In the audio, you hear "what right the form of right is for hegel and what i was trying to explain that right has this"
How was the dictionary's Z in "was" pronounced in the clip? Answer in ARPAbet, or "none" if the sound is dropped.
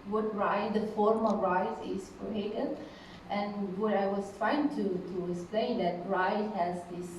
S